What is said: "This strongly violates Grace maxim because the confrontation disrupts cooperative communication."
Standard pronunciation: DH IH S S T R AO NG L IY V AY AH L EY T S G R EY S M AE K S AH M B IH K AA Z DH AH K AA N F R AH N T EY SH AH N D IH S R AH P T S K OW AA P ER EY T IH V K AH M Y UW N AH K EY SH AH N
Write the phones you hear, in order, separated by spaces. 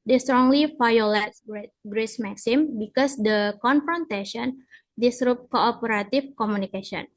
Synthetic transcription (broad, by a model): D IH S S T R AO NG L IY F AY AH L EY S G G R EY S M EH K S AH M B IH K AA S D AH K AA N F R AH N T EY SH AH N D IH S R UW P K OW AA P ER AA T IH F K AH M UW N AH K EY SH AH N